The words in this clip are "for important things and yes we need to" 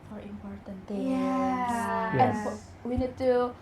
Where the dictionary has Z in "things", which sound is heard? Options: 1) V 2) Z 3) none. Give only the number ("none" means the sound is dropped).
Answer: 3